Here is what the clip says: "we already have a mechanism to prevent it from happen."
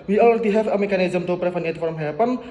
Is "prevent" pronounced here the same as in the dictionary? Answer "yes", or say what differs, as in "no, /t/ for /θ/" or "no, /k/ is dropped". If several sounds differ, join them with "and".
no, /t/ is dropped